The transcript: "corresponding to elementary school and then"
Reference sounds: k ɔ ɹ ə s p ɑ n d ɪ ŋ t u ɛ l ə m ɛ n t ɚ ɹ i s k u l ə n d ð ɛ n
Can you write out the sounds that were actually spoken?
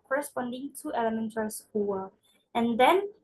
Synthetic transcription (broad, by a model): k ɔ ɹ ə s p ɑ n d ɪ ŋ t u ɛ l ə m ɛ n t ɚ ɹ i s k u w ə n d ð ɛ n